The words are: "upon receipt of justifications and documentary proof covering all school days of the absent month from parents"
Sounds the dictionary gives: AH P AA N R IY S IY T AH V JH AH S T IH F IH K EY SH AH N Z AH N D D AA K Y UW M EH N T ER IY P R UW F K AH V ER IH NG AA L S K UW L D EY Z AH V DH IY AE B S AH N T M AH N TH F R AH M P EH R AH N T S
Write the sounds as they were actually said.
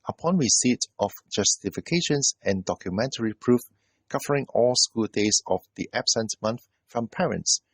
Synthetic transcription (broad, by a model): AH P AA N W IY S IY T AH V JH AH S T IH F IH K EY SH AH N S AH N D D AA K Y UW M EH N T ER IY P R UW F K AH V ER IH NG AA L S K UW L D EY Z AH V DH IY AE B S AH N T M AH N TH F R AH M P EH R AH N T S